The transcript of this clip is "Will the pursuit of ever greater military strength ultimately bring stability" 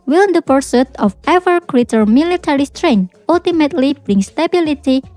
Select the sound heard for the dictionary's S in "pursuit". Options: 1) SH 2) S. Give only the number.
2